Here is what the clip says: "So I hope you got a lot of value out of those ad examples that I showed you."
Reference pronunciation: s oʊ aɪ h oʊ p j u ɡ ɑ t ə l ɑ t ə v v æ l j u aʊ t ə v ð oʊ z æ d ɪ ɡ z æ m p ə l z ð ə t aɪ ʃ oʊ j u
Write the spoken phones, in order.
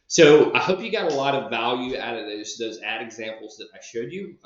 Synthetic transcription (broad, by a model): s oʊ aɪ h oʊ p j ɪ ɡ ɑ t ə l ɑ t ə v v æ l j u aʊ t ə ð ð oʊ z æ d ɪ ɡ z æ m p l z ð ə t aɪ ʃ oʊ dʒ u